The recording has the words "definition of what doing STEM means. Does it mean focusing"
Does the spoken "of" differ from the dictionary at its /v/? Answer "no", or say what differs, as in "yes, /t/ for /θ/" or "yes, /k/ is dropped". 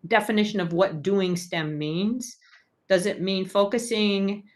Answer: no